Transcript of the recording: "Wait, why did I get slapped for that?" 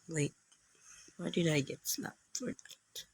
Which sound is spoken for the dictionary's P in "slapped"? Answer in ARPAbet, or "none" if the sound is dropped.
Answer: none